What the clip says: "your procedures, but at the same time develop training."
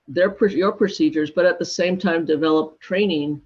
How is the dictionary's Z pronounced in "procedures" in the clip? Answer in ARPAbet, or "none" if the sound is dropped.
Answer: Z